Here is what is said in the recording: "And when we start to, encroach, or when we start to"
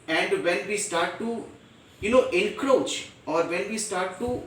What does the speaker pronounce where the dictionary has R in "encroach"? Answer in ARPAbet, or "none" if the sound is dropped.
R